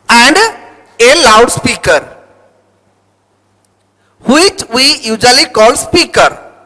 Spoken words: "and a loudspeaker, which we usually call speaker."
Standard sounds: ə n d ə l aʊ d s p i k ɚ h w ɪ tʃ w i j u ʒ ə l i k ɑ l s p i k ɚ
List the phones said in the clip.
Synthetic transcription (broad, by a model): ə n d ə l aʊ d s p i k ɚ h w ɪ tʃ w i j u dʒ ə l i k ɑ l s p i k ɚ